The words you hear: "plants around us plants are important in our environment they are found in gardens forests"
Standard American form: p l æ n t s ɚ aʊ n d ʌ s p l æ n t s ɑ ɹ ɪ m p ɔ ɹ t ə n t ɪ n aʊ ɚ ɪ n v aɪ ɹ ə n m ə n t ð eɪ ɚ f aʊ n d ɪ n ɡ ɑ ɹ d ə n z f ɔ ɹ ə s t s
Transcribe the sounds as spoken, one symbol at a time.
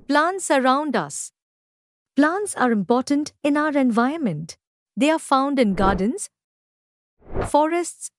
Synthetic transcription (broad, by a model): p l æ n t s ɚ aʊ n d ʌ s p l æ n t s ɑ ɹ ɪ m p ɔ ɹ t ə n t ɪ n aʊ ɚ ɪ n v aɪ ə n m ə n t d eɪ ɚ f aʊ n d ɪ n ɡ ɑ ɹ d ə n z f ɔ ɹ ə s t s